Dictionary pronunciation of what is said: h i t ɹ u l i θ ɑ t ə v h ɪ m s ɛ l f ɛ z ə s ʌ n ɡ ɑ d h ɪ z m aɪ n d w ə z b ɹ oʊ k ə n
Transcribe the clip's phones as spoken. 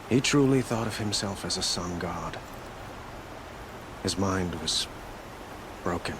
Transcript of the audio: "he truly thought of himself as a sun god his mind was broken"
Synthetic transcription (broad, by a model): h i t ɹ u l i θ ɑ t ə v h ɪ m s ɛ l f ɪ z ə s ʌ n ɡ ɑ d h ɪ z m aɪ n d w ə z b ɹ oʊ k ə n